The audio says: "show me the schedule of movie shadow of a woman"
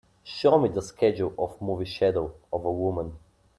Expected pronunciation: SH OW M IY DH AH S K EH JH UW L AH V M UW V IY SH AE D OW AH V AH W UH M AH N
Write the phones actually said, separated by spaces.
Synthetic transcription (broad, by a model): SH OW M IY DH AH S K EH JH UW L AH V M UW V IY SH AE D OW AH V AH W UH M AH N